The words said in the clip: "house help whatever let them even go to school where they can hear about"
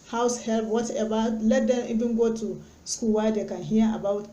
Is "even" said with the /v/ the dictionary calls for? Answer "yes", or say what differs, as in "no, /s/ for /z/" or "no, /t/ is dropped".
no, /b/ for /v/